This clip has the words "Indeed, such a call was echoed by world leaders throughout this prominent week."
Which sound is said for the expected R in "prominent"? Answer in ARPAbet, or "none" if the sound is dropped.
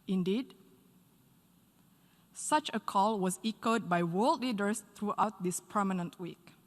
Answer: none